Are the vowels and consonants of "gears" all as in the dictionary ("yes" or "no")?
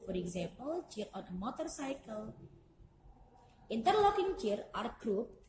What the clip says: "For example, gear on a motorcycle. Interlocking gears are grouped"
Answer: no